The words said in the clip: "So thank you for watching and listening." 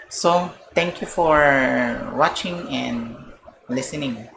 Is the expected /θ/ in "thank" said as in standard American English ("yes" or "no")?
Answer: no